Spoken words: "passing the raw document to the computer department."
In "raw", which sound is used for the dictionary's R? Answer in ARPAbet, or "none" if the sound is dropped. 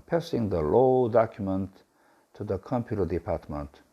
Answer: L